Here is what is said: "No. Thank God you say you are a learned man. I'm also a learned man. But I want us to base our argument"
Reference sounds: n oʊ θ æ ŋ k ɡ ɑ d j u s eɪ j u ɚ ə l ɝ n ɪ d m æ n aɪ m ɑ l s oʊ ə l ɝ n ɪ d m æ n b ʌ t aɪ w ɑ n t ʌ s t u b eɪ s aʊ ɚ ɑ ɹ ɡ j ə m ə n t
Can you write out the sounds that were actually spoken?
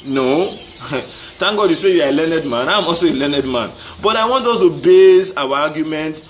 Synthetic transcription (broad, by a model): n oʊ t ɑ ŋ ɡ ɑ d j u s eɪ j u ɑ ə l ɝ n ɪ d m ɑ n aɪ m ɑ l s oʊ ə l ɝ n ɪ d m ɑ n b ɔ t aɪ w ɑ n t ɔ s t u b eɪ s aʊ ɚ ɑ ɡ j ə m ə n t